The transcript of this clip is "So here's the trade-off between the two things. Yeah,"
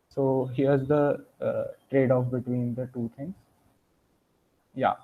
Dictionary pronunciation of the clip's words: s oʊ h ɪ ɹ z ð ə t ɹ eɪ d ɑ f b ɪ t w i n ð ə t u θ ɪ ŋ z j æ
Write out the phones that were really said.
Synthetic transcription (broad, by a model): s oʊ h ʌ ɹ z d ə t ɹ eɪ d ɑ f b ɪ t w i n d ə t u t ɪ ŋ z j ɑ